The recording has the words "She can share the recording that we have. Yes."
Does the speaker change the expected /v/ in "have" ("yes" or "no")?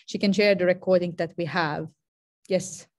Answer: no